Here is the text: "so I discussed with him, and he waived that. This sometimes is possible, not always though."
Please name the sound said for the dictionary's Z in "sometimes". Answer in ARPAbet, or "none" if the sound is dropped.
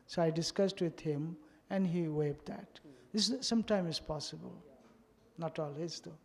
none